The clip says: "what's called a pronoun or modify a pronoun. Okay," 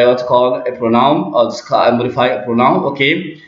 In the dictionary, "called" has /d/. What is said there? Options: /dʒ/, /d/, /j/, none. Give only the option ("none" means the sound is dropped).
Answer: none